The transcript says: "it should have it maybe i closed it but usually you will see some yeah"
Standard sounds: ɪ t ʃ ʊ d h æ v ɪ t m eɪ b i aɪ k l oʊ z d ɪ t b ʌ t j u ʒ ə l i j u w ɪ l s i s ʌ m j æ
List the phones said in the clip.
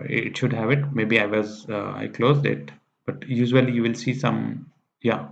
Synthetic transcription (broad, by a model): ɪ t ʃ ʊ d h æ v ɪ t m eɪ b i aɪ k l oʊ z d ɪ t b ʌ t j u ʒ ə l i j u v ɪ l s i s ʌ m j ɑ